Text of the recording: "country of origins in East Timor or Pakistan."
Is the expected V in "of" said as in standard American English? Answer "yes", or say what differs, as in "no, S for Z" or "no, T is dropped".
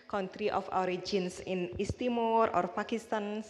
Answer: no, F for V